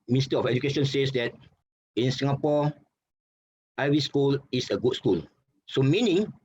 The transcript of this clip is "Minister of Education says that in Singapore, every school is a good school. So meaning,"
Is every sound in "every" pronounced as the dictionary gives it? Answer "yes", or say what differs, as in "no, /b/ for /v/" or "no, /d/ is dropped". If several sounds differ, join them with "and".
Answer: no, /ɹ/ is dropped